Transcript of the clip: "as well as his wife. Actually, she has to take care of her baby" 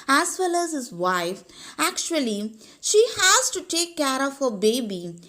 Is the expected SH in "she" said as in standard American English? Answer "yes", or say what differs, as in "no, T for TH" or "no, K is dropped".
yes